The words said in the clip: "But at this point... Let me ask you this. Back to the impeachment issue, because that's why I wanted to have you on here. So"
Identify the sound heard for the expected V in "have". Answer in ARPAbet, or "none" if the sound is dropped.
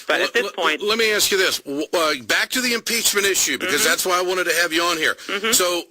V